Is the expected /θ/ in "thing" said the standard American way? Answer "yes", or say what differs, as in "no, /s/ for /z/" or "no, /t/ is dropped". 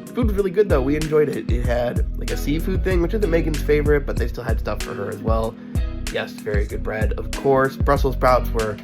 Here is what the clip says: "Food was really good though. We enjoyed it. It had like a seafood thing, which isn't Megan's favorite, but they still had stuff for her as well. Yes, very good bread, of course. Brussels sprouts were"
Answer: yes